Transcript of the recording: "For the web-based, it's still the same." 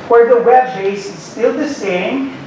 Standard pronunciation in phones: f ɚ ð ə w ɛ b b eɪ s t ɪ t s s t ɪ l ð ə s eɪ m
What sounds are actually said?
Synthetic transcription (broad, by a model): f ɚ ð ə w ɛ b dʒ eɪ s ɪ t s s t ɪ l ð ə s eɪ m